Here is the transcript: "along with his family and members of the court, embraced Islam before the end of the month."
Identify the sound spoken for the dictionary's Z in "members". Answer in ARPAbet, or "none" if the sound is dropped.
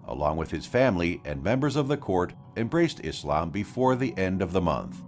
Z